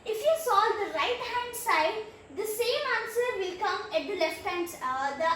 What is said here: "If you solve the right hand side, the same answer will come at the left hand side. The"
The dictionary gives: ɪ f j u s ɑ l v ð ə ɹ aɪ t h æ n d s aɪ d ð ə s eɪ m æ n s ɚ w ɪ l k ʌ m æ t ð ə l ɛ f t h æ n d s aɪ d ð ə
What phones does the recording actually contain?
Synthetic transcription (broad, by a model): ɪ f j u s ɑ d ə ɹ aɪ t h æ n d s aɪ d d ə s eɪ m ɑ n s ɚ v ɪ l k ʌ m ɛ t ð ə l ɛ f t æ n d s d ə